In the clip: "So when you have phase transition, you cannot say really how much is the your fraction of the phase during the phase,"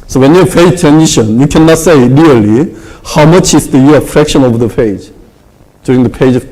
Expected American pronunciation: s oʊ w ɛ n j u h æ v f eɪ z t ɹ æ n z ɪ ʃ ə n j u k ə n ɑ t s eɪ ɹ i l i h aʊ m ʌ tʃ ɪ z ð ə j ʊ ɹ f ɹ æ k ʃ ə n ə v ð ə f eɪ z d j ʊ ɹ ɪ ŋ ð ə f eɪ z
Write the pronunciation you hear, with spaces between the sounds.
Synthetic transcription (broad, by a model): s oʊ w ɛ n j u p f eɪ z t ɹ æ n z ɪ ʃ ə n j u k ə n ɑ t s eɪ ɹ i l i h aʊ m ʌ tʃ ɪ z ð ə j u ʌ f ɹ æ k ʃ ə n ə v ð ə p eɪ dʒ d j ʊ ɹ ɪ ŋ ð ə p eɪ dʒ